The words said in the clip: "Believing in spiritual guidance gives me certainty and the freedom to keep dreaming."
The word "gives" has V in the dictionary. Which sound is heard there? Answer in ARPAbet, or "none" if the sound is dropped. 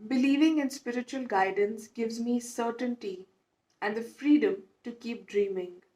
V